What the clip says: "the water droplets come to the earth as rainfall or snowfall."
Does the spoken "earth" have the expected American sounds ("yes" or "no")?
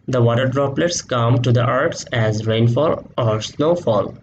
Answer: no